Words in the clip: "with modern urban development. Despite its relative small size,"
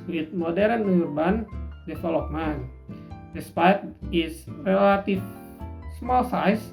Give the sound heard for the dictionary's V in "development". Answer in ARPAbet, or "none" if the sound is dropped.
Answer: F